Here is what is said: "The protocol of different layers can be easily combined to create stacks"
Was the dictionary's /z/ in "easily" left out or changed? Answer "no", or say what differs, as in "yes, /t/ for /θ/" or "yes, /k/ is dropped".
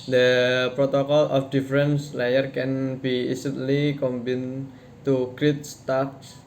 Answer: yes, /s/ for /z/